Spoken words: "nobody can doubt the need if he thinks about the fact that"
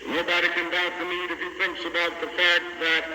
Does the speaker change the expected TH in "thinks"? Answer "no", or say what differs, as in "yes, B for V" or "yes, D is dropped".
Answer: no